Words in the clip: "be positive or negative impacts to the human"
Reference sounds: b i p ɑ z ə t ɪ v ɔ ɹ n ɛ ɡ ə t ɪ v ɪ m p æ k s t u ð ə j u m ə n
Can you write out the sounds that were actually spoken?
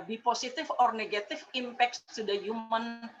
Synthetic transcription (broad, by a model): b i p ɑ s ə t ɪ f ɔ ɹ n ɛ ɡ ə t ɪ f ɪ m p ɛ k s t u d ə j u m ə n